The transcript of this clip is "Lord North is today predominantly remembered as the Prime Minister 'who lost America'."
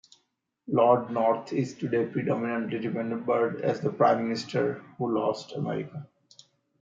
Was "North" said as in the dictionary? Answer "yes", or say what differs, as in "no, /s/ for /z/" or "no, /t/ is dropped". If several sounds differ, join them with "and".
no, /t/ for /θ/